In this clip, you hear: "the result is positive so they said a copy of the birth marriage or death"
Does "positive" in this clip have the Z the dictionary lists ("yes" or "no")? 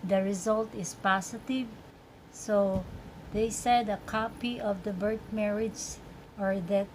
no